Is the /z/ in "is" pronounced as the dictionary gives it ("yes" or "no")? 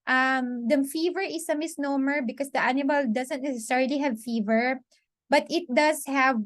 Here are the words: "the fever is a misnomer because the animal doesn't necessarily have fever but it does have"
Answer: no